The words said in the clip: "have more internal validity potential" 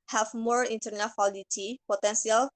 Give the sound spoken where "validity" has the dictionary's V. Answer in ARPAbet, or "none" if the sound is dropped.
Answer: W